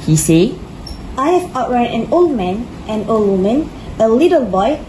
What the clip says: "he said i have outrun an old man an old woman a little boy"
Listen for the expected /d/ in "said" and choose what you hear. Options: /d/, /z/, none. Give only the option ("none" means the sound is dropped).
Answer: none